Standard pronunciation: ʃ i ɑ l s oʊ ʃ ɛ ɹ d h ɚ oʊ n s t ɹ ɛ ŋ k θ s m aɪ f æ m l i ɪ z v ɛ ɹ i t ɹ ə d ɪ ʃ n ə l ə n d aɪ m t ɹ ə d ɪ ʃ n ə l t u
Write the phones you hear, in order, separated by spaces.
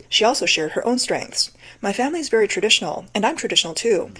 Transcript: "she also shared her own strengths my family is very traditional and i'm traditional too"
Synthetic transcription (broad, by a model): ʃ i ɑ l s oʊ ʃ ɛ ɹ d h ɚ oʊ n s t ɹ ɛ ŋ k θ s m aɪ f æ m l i ɪ z v ɛ ɹ i t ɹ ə d ɪ ʃ n l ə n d aɪ m t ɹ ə d ɪ ʃ n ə l t u